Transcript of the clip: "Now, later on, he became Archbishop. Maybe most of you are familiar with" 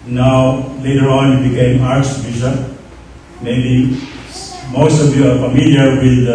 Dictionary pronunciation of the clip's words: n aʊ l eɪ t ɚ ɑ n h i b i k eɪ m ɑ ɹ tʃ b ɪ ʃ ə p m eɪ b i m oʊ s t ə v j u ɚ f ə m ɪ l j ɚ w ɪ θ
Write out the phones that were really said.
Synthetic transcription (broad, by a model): n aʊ l eɪ t ɚ ɑ n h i b i k eɪ m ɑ ɹ s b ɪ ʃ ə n m eɪ b i m oʊ s t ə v j u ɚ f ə m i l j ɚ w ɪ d